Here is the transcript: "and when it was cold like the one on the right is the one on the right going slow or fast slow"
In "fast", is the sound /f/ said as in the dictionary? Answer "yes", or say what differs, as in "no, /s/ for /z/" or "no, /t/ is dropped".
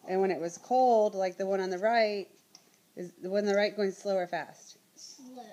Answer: yes